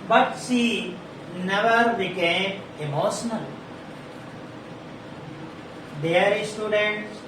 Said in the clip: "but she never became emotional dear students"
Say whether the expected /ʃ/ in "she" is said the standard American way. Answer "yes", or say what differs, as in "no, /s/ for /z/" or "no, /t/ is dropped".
no, /s/ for /ʃ/